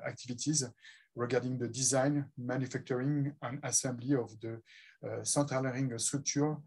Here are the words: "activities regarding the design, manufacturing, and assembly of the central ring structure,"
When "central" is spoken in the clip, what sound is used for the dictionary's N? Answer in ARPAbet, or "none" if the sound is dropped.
none